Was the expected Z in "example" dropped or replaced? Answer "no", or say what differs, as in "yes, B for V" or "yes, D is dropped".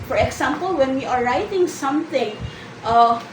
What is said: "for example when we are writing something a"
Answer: yes, S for Z